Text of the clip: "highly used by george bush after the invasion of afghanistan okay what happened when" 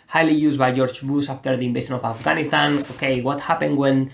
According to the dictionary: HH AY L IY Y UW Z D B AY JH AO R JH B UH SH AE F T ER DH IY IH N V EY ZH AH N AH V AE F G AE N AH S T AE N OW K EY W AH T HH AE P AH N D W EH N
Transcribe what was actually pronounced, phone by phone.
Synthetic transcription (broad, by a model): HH AY L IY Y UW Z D B AY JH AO R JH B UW S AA F T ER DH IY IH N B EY SH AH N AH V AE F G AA N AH S T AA N OW K EY W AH T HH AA P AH N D W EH N